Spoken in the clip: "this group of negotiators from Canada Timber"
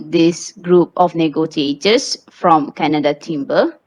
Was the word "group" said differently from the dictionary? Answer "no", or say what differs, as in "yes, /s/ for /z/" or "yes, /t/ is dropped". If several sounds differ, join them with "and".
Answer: no